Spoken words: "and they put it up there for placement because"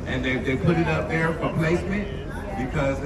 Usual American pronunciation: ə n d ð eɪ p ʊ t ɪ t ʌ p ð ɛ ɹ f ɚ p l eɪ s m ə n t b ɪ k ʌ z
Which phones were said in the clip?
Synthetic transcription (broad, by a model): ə n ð ð eɪ p ʊ t ɪ t ʌ p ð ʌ ɹ f ɚ p l eɪ s m ə n t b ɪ k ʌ z